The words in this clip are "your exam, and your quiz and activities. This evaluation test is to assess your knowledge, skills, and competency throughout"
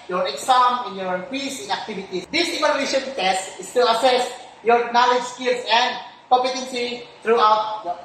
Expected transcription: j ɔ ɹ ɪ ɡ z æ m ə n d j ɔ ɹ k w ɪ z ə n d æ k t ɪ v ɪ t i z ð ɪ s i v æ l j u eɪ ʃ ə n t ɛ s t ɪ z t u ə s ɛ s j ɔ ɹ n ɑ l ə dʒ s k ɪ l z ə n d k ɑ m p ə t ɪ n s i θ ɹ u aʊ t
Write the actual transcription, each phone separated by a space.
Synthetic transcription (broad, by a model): j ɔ ɹ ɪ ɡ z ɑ m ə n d j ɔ ɹ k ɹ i s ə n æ k t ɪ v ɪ t i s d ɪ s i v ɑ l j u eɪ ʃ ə n t ɛ s t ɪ s t u ə s ɛ s j ɔ ɹ n ɑ l ə dʒ s k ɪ l s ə n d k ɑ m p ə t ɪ n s i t ɹ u aʊ t